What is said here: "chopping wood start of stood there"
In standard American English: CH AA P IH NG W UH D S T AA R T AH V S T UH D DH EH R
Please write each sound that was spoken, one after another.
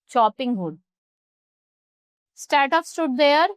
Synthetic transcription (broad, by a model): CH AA P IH NG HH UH D S T AA R T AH P S T UH D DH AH R